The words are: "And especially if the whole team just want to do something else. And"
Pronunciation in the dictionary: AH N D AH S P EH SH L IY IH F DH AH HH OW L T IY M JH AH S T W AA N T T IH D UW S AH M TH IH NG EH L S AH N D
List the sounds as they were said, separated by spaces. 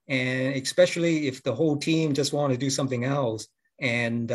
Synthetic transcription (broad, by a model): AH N AH S P EH SH L IY IH F DH AH HH OW L T IY M JH AH S T W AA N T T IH D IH S AH M TH IH NG EH L S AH N